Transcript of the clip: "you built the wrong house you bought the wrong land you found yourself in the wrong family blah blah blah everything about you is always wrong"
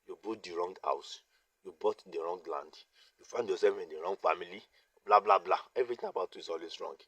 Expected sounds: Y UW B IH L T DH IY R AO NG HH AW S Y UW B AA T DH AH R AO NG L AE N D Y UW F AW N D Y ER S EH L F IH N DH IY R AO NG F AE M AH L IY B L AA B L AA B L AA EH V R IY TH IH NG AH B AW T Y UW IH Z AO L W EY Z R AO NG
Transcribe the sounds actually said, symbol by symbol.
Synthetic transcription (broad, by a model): Y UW B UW T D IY R AO NG HH AW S Y UW B AA T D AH R AO NG L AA N D Y UW F AW N D Y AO S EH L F IH N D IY R AO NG F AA M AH L IY B L AA B L AA B L AA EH V R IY T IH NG AH B AW T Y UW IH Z AO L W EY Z R AO NG